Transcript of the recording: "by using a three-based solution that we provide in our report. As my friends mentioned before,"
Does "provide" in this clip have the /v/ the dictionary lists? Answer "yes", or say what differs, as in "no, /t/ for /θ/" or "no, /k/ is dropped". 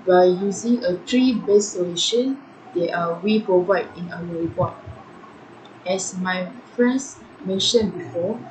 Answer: yes